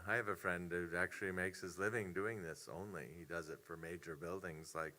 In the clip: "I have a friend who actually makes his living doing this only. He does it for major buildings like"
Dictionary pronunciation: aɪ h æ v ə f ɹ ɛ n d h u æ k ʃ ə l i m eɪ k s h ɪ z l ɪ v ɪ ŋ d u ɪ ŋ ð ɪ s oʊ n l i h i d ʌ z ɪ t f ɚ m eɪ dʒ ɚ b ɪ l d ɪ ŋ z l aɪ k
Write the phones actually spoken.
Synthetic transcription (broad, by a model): aɪ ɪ v ə f ɹ ɛ n d h u æ k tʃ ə l i m eɪ k s h ɪ z l ɪ v ɪ ŋ d u ɪ ŋ ð ɪ s oʊ n l i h i d ʌ z ɪ t f ɚ m eɪ dʒ ɚ b ɪ l d ɪ ŋ z l aɪ k